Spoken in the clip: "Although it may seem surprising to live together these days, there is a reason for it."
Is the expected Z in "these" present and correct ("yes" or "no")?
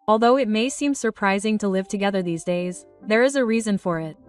yes